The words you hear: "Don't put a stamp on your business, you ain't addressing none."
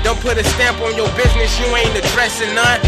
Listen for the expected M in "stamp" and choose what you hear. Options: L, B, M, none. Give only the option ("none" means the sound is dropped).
M